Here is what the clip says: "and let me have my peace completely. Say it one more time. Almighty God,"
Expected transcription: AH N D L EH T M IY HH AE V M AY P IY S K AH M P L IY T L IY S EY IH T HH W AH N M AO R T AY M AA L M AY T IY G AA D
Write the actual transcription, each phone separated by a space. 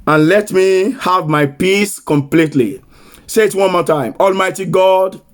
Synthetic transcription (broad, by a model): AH N L EH T M IY HH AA V M AY P IY S K AH M P L IY T L IY S EY IH T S W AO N M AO T AY M AA L M AY T IY G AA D